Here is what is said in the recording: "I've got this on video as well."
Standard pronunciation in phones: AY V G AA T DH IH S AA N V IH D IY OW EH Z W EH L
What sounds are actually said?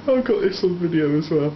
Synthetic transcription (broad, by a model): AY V G AA T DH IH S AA L V IH D IY OW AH Z W EH L